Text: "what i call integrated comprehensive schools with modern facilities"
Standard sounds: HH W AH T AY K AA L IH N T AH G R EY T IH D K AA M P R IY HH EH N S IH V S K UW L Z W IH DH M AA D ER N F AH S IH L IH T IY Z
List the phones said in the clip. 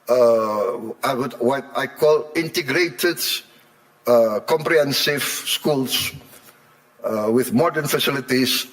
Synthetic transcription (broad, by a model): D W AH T AY K AA L IH N T AH G R EY T IH D K AA M P R IY HH EH N S IH V S K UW L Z W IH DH M AA D ER N F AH S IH L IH T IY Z